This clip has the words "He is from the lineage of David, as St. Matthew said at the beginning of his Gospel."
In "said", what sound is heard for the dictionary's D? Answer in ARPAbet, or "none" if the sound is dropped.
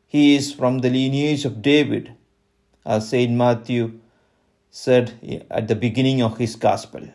D